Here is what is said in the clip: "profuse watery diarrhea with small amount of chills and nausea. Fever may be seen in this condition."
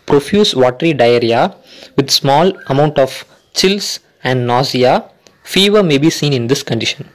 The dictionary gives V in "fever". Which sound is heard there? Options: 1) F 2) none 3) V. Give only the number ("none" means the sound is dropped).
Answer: 3